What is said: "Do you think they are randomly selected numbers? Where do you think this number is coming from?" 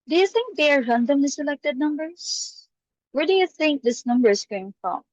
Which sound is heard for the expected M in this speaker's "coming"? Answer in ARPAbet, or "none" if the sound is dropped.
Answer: none